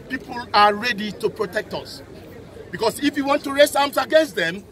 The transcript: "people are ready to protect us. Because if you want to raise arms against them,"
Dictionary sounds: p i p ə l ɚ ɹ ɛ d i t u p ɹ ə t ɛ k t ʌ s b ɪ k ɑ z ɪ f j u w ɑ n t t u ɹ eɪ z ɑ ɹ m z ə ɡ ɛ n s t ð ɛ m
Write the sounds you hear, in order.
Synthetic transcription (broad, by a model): p i p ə l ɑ ɹ ɛ d i t u p ɹ ə t ɛ k t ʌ s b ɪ k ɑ s ɪ f j u w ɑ n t t u ɹ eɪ s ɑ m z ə ɡ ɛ n s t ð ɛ m